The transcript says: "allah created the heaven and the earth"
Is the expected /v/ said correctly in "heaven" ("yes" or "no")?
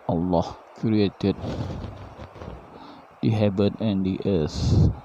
no